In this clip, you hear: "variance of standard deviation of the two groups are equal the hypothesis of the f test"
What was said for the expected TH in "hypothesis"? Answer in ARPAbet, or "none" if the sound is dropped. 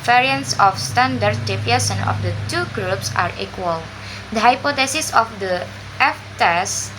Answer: T